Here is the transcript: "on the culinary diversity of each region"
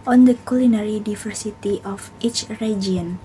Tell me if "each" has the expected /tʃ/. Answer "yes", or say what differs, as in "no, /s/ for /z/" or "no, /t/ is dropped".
yes